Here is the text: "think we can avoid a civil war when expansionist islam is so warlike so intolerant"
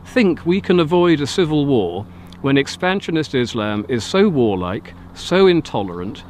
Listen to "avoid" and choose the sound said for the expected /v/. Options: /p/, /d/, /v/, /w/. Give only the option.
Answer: /v/